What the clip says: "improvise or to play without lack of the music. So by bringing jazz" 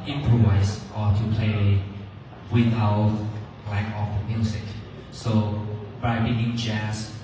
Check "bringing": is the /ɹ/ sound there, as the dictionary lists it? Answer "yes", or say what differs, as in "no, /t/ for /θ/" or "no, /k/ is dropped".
no, /ɹ/ is dropped